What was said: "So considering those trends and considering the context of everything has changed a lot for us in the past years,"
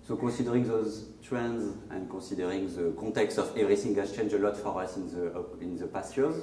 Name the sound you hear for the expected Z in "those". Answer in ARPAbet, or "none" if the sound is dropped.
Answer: Z